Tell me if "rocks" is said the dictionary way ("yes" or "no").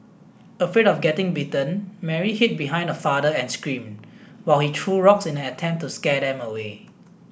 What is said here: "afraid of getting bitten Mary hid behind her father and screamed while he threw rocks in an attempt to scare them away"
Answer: yes